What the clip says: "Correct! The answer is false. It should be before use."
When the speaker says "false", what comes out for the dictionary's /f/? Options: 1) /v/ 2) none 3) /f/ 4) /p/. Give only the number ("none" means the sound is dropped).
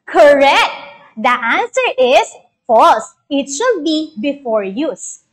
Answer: 3